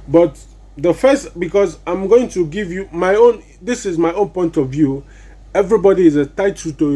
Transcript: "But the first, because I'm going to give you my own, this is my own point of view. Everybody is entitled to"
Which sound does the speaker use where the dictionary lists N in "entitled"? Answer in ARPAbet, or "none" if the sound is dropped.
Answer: none